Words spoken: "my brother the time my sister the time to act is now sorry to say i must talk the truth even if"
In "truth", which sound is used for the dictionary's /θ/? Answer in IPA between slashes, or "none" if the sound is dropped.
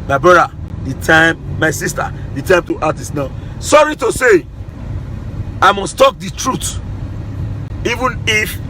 /t/